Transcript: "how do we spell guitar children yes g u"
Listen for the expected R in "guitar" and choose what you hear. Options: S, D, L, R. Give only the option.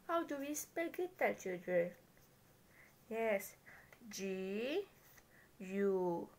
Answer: L